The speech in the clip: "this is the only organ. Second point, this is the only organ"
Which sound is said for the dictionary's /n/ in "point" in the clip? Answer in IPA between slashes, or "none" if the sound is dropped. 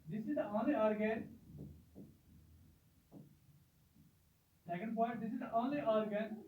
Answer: none